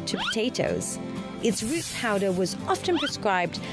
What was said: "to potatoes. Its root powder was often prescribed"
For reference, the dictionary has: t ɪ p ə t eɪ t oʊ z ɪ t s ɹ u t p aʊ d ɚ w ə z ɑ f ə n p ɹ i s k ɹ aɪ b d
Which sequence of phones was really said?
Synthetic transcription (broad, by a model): t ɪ p ə t eɪ t oʊ z ɪ t s ɹ u t p aʊ d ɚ w ə z ɑ f ə n p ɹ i s k ɹ aɪ b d